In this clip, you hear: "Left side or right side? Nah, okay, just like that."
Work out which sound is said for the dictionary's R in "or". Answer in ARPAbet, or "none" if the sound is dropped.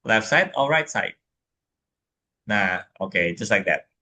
L